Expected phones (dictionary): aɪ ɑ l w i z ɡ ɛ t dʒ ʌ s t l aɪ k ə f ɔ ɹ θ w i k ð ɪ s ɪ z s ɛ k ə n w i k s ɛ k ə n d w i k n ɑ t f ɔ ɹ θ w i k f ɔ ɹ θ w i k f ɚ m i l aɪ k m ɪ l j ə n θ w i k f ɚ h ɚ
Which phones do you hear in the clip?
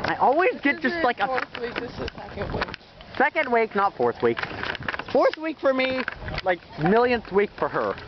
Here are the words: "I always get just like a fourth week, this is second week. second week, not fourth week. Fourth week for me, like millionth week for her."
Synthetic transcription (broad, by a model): aɪ ɑ l w i z ɡ ɛ t dʒ ʌ s t l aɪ ə k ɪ ɪ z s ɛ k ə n w i k s ɛ k ə n d w i k n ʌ t f ɔ ɹ θ w i k f ɔ ɹ θ w i k f ɚ m i l aɪ k m ɪ l j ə n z w i k f ɚ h ɚ